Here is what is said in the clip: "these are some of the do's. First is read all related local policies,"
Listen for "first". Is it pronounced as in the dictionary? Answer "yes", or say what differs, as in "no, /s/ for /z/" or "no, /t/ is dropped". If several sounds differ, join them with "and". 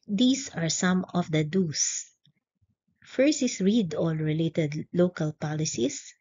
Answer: no, /t/ is dropped